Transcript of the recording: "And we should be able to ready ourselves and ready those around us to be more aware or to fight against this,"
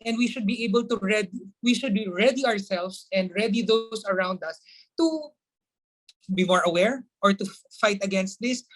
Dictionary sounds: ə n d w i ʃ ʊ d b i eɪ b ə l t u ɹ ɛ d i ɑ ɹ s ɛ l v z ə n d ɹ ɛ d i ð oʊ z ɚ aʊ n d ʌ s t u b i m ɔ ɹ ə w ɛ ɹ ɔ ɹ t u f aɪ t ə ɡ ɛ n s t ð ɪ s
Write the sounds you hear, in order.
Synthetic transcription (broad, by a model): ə n d w i ʃ ʊ d b i eɪ b ə l t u ɹ ɛ d i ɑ ɹ s ɛ l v s ə n d ɹ ɛ d i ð oʊ s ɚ aʊ n d ʌ s t u b i m ɔ ɹ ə w ɛ ɹ ɔ ɹ t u f aɪ t ə ɡ ɛ n s t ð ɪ s